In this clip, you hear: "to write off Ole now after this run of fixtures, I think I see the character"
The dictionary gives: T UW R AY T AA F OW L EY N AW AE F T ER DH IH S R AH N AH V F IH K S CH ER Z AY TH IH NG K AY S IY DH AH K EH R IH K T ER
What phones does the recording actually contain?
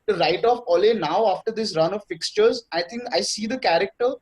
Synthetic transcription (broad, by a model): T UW R AY T AA F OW L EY N AW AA F T ER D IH S R AH N AH V F IH K S CH ER Z AY T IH NG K AY S IY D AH K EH R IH K T ER